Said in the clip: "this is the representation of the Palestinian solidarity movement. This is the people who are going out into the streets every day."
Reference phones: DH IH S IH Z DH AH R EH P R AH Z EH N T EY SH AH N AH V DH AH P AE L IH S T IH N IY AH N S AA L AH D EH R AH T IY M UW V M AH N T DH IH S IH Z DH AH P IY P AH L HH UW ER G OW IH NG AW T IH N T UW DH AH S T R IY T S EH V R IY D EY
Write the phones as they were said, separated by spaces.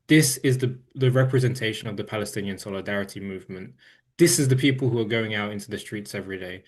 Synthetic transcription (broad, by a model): DH IH S IH Z DH AH R EH P R AH Z EH N T EY SH AH N AH V DH AH P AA L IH S T IH N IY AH N S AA L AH D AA R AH T IY M UW V M AH N T DH IH S IH Z DH AH P IY P AH L HH UW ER G OW IH NG AW T IH N T UW DH AH S T R IY T S EH V R IY D EY